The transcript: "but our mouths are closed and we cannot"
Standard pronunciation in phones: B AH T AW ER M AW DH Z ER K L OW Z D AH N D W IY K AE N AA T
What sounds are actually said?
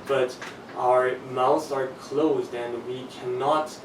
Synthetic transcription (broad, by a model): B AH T AW ER M AW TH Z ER K L OW Z D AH N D W IY K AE N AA T